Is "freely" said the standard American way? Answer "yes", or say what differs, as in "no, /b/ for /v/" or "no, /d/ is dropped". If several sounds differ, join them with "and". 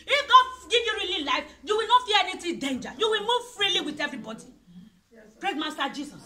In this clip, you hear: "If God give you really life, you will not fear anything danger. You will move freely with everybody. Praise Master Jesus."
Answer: yes